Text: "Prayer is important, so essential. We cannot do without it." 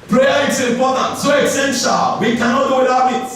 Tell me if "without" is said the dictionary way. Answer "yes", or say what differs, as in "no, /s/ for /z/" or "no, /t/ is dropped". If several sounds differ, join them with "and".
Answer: no, /t/ is dropped